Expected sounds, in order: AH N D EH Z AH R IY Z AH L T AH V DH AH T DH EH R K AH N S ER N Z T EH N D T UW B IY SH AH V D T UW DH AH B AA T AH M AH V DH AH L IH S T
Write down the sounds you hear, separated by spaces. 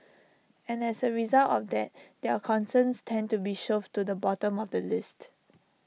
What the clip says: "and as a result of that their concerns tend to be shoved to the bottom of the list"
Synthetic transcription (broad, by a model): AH N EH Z AH R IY Z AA L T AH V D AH T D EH K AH N S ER N S T EH N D T UW B IY SH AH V T UW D AH B AA T AH M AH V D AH L IH S T